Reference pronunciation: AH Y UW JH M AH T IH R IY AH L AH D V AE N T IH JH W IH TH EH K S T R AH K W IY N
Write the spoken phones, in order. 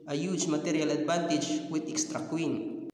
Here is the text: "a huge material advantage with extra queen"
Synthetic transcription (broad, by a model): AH Y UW CH M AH T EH R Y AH L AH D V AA N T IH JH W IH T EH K S T R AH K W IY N